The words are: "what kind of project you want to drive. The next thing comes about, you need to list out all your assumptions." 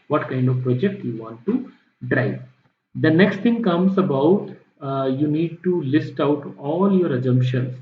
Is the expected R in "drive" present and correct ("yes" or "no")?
yes